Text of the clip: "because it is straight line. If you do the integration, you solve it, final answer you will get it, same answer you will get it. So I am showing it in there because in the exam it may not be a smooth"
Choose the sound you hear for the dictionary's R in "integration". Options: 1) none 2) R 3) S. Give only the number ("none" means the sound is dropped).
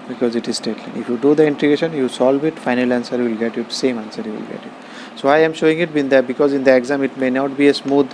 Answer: 1